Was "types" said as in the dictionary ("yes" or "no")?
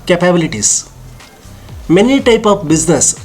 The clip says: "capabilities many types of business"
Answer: no